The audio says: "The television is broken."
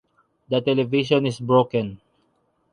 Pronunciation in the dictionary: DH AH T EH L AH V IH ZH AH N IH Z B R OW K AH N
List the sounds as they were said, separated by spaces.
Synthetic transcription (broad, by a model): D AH T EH L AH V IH SH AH N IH S B R OW K AH N